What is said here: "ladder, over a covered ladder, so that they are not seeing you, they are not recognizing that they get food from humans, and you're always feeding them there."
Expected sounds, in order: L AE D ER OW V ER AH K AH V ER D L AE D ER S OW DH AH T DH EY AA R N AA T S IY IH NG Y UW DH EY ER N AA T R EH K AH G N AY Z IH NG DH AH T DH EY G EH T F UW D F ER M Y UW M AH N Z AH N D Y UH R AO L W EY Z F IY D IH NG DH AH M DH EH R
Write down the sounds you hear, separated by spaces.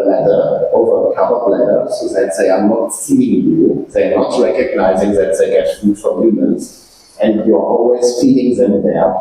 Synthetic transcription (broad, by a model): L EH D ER OW V ER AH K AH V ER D L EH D ER S OW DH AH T DH EY AA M N AA T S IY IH NG Y UW DH EY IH N AA T R EH K AH G N AY Z IH NG DH AH T DH EY G EH T F UW D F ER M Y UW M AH N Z AH N D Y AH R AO L W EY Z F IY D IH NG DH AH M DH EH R